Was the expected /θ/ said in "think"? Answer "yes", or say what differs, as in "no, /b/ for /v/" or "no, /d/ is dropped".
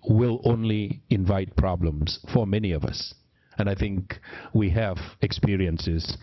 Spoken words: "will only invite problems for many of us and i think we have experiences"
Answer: yes